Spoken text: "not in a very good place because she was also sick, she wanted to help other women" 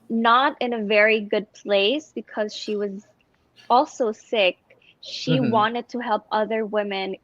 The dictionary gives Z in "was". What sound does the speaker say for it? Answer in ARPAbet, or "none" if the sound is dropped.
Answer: Z